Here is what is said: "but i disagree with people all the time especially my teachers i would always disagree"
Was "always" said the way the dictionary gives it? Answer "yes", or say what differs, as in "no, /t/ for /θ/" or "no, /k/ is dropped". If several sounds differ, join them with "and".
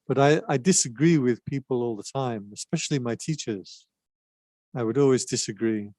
yes